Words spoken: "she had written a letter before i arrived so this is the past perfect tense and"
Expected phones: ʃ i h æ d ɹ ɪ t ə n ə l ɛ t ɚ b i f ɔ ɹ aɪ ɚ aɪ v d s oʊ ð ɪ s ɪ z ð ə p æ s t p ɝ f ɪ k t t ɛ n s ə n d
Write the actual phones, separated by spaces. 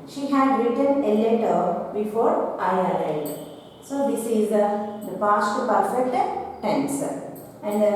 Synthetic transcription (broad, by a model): ʃ i h æ d ɹ ɪ t ə n ə l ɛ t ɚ b i f ɔ ɹ aɪ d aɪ d s oʊ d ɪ s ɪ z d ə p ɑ s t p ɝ f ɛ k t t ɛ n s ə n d